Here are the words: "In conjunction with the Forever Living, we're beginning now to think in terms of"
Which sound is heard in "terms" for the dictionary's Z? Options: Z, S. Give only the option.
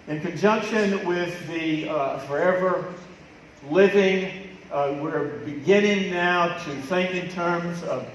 Z